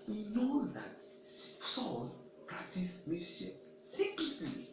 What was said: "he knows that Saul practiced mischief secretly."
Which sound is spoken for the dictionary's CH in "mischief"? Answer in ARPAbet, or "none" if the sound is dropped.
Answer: none